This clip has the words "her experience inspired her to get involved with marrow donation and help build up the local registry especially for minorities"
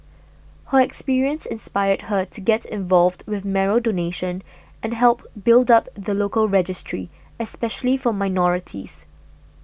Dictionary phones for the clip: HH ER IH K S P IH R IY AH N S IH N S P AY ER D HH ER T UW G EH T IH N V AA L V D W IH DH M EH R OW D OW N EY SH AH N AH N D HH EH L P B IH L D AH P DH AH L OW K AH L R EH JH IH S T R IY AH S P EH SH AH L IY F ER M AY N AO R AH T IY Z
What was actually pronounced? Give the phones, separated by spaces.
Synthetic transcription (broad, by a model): HH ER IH K S P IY R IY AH N S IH N S P AY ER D HH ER T UW G EH T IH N V AA L V D W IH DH M EH R OW D OW N EY SH AH N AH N HH EH L P B IH L D AH P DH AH L OW K AH L R EH JH IH S T R IY AH S P EH SH AH L IY F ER M AY N AO R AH T IY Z